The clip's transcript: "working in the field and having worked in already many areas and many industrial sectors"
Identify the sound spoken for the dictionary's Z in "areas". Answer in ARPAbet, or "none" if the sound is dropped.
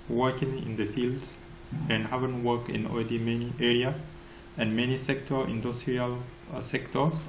none